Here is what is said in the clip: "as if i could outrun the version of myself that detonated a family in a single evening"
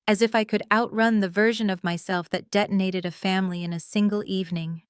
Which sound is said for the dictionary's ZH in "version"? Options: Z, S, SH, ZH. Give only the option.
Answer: ZH